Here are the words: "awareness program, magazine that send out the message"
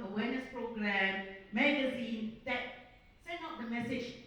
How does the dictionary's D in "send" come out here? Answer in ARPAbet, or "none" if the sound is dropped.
none